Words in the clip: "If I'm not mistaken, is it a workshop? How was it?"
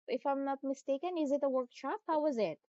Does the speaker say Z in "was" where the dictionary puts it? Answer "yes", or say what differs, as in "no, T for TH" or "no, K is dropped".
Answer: yes